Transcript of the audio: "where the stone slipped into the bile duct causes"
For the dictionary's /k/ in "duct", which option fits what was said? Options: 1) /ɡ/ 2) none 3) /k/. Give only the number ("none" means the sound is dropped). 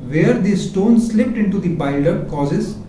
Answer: 2